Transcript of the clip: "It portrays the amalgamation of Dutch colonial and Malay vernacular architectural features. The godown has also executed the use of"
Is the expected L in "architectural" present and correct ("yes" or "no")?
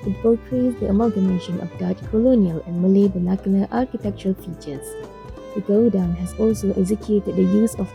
yes